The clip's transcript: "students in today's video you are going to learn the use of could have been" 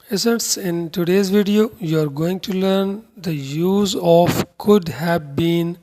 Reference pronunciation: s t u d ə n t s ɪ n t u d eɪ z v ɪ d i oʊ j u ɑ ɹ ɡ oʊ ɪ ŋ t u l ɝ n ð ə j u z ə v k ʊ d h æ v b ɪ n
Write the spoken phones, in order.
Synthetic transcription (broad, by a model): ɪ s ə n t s ɪ n t u d eɪ z v ɪ d i oʊ j u ɑ ɹ ɡ oʊ ɪ ŋ t u l ɝ n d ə j u z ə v k ʊ d h æ v b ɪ n